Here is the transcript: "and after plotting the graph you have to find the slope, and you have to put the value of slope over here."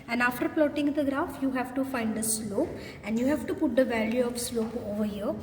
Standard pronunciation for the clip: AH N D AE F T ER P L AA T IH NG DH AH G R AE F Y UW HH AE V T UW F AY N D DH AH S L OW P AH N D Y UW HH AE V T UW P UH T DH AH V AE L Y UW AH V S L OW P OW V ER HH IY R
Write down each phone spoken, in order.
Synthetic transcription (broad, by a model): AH N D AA F T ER P L AA T IH NG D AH G R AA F Y UW HH AE V T UW F AY N D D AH S L OW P AH N D Y UW HH AE V T UW P UH T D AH V AE L Y UW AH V S L OW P OW V ER HH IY R